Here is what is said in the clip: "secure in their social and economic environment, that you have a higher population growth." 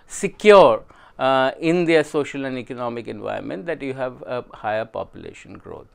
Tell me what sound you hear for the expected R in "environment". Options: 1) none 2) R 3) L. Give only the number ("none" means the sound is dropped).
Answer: 1